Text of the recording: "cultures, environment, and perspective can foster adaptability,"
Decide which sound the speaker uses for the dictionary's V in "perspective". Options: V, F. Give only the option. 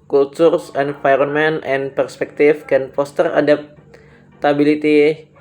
F